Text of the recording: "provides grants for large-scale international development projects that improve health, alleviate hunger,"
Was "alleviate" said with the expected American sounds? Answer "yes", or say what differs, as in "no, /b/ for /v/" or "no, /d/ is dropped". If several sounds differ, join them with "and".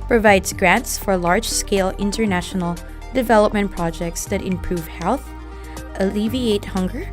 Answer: yes